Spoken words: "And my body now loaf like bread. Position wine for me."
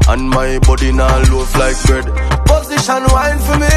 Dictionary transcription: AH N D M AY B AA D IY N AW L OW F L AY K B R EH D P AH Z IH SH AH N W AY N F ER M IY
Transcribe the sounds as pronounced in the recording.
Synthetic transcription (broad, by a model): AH N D M AY B AA D IY N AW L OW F L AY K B EH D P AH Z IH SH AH N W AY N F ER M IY